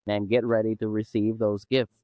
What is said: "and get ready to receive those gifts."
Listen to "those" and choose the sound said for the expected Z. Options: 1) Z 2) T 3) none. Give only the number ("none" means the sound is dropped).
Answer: 1